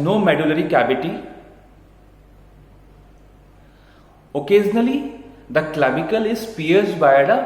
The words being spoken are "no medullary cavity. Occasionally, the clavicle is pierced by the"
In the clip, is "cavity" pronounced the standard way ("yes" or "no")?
no